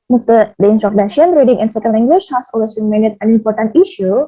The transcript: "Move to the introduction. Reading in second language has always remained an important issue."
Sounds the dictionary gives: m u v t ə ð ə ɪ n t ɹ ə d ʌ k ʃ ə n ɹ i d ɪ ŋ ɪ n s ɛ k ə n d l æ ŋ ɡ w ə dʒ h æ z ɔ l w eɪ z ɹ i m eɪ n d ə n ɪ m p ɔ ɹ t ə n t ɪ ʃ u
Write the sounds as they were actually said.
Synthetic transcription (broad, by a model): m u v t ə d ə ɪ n s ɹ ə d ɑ ʃ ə n ɹ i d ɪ ŋ ɪ n s ɛ k ə n d l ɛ ŋ ɡ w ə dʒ h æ s ɔ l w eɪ s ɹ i m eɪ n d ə n ɪ m p ɔ ɹ t ə n t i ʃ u